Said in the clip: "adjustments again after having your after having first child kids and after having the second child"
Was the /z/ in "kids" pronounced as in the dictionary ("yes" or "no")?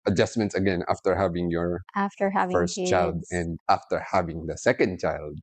no